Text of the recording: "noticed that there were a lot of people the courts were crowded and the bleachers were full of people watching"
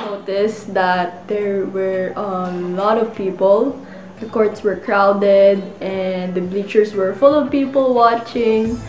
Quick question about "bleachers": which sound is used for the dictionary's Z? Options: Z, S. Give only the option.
S